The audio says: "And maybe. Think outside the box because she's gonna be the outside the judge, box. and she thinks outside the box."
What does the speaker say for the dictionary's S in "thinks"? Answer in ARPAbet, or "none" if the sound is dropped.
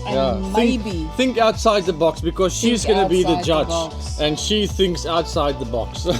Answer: S